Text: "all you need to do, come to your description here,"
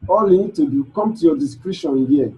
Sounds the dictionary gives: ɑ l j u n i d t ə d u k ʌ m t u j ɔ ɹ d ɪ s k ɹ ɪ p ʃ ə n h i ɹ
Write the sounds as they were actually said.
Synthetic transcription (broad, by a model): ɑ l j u n i d t ə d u k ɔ m t u j ɔ d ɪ s k ɹ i ʃ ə n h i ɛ